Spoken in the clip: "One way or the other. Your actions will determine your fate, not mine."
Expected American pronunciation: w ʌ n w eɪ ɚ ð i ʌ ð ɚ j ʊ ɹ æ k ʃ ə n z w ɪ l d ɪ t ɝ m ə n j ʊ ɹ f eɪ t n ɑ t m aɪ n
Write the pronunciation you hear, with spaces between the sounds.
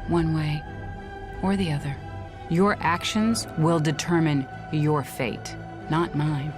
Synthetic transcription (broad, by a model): w ʌ n w eɪ ɚ ð i ʌ ð ɚ j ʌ ɹ æ k ʃ ə n z w ɪ l d ɪ t ɝ m ə n j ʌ ɹ f eɪ t n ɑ t m aɪ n